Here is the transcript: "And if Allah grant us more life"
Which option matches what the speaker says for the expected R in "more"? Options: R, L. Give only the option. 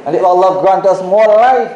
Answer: L